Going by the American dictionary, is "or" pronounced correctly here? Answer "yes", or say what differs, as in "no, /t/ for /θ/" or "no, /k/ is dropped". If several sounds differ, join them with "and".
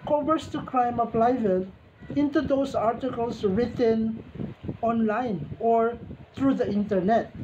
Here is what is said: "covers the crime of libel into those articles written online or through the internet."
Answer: yes